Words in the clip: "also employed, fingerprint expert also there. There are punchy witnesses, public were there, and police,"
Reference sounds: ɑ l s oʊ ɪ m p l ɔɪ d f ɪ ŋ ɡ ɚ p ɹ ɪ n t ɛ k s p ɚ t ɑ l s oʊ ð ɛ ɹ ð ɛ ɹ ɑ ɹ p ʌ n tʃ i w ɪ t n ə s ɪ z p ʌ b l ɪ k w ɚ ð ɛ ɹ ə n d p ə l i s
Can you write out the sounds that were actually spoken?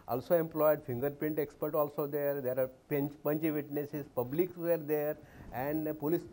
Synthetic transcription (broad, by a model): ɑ l s oʊ ɪ m p l ɔɪ d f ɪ ŋ ɡ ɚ p ɪ n t ɛ k s p ɚ t ɑ l s oʊ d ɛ ɹ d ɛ ɹ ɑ ɹ p ʌ n tʃ i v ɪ t n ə s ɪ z p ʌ b l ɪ k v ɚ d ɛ ɹ ə n d p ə l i s